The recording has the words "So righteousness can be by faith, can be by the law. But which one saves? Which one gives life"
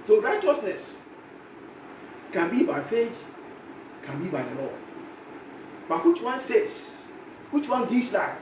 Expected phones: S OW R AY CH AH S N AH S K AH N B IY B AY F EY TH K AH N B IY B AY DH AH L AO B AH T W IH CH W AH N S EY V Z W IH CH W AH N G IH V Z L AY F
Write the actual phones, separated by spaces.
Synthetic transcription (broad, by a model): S OW R AY CH AH S N AH S K AH N B IY B AY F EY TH K AH N B IY B AY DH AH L AO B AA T W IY CH W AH N S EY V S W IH CH W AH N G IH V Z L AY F